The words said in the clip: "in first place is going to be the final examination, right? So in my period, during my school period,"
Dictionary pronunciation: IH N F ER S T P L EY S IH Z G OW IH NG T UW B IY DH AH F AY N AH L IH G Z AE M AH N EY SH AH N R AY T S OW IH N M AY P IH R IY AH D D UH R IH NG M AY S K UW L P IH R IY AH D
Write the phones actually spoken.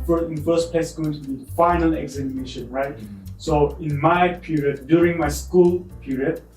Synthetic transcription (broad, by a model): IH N F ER S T P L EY IH S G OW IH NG T UW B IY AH F AY N AH L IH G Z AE M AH N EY SH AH N R AY T S OW IH N M AY P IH R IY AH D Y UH R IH NG M AY S K UW L P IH R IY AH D